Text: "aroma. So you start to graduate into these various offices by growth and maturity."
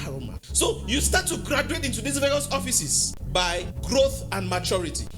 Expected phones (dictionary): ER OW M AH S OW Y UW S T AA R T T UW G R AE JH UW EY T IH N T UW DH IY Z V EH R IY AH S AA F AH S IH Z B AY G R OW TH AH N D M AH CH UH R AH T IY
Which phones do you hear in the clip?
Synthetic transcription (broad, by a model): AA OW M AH S OW Y UW S T AA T T UW G R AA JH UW EY T IH N T UW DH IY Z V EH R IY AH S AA F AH S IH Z B AY G R OW TH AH N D M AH CH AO R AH T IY